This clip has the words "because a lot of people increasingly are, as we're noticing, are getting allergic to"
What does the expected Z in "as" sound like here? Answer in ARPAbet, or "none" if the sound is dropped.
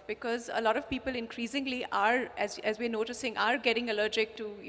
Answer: Z